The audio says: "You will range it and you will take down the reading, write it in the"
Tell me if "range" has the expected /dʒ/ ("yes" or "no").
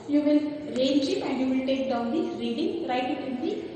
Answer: no